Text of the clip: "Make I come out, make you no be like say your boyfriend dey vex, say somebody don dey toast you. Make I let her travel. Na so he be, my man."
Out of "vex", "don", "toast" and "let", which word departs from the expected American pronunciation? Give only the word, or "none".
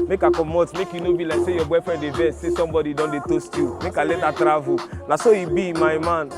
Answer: vex